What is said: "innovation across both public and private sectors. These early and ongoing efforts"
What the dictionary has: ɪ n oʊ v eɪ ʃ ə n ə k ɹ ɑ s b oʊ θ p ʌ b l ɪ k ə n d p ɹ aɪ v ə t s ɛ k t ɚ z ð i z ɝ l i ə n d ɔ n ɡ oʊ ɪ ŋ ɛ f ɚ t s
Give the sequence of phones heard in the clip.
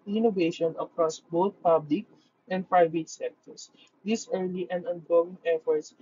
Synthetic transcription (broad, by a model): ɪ n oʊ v eɪ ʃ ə n ə k ɹ ɑ s b oʊ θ p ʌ b l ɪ k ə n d p ɹ aɪ v ə t s ɛ k t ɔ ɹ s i s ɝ l i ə n ɔ n ɡ oʊ ɪ ŋ ɛ f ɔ t s